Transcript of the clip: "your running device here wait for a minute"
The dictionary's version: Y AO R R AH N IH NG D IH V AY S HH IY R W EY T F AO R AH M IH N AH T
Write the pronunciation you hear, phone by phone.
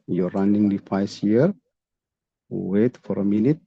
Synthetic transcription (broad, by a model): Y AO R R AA N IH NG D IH F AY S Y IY R W EY T F AO R AH M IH N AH T